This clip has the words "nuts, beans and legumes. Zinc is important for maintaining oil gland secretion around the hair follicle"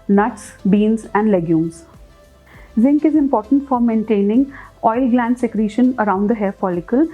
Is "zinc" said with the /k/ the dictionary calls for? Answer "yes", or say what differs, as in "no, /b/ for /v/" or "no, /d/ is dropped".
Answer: yes